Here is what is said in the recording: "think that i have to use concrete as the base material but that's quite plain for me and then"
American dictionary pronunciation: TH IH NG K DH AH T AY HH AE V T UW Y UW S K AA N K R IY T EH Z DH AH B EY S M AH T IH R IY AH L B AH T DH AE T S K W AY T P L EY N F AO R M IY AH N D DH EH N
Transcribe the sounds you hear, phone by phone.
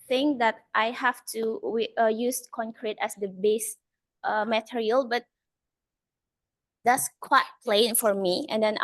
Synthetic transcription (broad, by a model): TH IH NG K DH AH T AY HH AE F T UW Y UW S K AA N K R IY T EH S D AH B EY S M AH T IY R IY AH L B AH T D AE T S K W AY T P L EY N F AO R M IY AH N D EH N